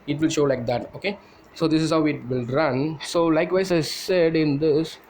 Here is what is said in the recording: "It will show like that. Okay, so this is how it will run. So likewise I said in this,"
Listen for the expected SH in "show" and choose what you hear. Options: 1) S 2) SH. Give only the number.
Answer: 2